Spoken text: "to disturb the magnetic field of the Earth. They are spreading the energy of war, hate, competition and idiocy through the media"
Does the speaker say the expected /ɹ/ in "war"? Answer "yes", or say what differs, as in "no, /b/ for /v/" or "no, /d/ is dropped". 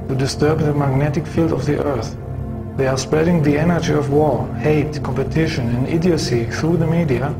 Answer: yes